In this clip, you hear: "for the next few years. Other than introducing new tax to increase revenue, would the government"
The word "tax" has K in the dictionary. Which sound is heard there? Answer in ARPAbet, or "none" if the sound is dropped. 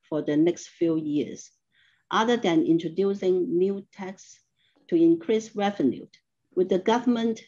K